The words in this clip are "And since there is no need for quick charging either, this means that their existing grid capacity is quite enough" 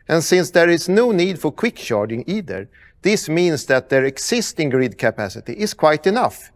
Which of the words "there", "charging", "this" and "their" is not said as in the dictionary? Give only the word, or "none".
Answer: charging